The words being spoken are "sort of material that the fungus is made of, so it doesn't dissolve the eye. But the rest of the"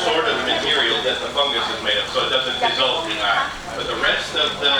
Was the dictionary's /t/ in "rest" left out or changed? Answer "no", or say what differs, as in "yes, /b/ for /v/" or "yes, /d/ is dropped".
no